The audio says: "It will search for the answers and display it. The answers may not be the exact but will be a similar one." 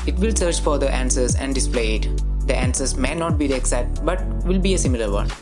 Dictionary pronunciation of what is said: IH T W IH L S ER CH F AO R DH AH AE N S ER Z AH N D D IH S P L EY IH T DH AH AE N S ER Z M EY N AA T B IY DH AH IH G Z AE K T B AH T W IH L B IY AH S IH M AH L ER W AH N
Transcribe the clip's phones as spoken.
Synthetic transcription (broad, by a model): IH T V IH L S ER CH F AO R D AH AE N S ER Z AH N D D IH S P L EY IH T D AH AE N S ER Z M EY N AA T B IY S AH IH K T B AH T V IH L B IY AH S IH M AH L ER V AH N